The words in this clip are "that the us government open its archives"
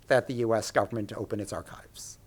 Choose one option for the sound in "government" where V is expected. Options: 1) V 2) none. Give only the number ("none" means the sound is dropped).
1